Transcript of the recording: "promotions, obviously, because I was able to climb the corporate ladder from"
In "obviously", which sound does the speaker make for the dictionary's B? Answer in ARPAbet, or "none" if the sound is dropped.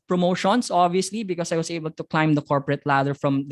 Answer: B